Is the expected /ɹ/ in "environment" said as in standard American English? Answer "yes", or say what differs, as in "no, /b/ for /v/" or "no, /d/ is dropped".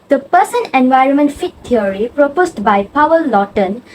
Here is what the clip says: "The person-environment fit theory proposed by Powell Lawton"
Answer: yes